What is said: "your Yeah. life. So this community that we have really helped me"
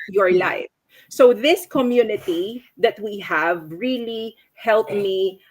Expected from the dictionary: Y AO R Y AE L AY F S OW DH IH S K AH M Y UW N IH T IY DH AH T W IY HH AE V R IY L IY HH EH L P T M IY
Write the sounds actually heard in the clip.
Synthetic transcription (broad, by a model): Y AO R L AY F S OW DH IH S K AH M Y UW N IH T IY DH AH T W IY HH AE V R IY L IY HH EH L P M IY